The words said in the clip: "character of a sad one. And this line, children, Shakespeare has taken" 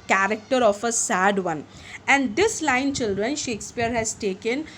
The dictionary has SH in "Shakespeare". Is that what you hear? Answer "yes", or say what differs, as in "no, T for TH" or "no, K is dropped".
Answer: yes